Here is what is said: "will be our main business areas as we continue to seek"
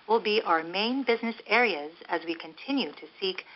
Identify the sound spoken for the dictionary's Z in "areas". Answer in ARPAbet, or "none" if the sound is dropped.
Z